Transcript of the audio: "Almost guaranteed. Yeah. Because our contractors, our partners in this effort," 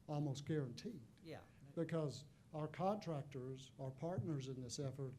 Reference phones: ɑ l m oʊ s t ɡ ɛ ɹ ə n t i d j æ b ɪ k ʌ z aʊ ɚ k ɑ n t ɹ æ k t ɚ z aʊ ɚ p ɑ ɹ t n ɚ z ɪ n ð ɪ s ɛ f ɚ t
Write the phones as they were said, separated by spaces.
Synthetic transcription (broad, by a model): ɑ l m oʊ s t ɡ ɛ ɹ ə n t i d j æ b ɪ k ʌ z aʊ ɚ k ɑ n t ɹ æ k t ɚ z aʊ ɚ p ɑ ɹ t n ɚ z ɪ n ð ɪ s ɛ f ɚ t